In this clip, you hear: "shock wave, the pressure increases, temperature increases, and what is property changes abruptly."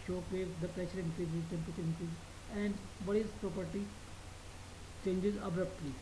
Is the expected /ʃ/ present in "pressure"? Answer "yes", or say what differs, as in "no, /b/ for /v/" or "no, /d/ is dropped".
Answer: no, /s/ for /ʃ/